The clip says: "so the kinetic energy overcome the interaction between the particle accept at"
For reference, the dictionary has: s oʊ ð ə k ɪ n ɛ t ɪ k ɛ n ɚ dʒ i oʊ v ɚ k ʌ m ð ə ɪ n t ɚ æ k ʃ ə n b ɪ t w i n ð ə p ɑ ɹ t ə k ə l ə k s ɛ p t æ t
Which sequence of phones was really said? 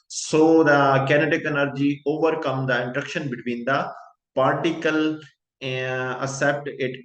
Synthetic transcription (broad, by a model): s oʊ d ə k ɪ n ɛ t ɪ k ɛ n ɚ dʒ i oʊ v ɚ k ʌ m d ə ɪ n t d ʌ k ʃ ə n b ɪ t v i n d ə p ɑ ɹ t ə k ə l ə s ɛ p t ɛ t